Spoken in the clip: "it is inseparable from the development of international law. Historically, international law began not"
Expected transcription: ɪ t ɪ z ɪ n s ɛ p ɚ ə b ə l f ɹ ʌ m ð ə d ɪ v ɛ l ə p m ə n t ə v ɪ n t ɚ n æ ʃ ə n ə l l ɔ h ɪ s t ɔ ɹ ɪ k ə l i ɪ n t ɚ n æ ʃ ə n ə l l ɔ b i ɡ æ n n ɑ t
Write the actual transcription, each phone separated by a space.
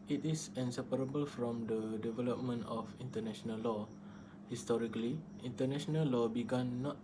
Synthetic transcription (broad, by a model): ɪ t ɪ s ɪ n s ɛ p ɚ ə b ə l f ɹ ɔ m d ə d ɪ v ɛ l ə p m ə n t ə f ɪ n t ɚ n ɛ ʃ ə n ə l l ɔ h ɪ s t ɔ ɹ ɪ k ə l i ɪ n t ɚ n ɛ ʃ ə n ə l l ɔ b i ɡ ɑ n n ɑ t